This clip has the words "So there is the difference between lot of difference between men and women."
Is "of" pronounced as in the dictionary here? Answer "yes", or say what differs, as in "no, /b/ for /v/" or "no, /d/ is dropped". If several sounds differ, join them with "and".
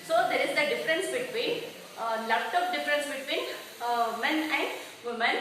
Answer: no, /p/ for /v/